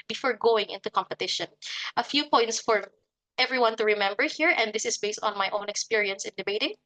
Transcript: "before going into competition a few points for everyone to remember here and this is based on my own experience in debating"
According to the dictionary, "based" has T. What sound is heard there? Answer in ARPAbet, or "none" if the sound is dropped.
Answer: T